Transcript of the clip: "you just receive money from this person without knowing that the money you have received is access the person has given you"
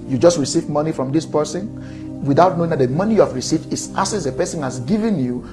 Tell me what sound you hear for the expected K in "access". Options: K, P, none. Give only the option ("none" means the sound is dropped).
none